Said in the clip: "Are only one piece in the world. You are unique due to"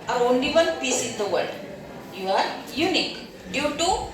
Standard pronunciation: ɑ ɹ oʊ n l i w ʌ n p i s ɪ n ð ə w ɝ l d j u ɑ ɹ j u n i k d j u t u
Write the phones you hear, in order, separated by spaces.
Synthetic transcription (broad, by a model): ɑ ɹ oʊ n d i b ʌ l p i s ɪ n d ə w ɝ d j u ɑ ɹ j u n i k d j u t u